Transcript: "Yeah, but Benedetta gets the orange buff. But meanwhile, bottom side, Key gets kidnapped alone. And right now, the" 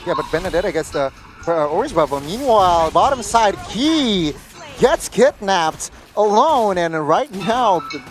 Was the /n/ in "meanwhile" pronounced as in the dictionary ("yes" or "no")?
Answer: yes